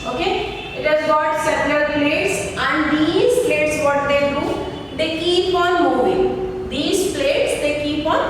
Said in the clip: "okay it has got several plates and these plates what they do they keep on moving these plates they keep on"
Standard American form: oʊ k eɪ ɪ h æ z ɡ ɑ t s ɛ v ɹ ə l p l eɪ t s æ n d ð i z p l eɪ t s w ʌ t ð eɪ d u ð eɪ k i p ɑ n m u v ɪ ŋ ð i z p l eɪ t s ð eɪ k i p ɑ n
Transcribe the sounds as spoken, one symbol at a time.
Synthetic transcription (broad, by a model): oʊ k eɪ ɪ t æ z ɡ ɑ t s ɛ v l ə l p l eɪ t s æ n d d i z p l eɪ t s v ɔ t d eɪ d u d eɪ k i p ɑ n m u v ɪ ŋ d i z p l eɪ t s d eɪ k i p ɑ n